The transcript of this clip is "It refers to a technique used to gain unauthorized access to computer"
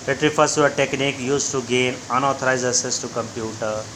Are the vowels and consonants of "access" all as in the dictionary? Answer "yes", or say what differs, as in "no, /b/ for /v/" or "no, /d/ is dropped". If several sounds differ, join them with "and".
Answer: no, /k/ is dropped